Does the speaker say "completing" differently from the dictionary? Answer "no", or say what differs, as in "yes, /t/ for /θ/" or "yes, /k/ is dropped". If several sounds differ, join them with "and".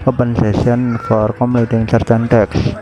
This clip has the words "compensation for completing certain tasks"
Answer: yes, /p/ is dropped